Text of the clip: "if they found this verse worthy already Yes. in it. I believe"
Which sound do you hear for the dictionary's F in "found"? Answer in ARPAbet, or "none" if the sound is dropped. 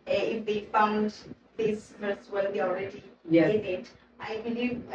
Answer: F